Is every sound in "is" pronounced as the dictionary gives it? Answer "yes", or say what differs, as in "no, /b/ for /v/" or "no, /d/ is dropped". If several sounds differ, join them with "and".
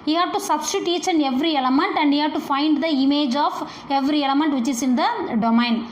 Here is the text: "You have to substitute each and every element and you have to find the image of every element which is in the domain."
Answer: no, /s/ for /z/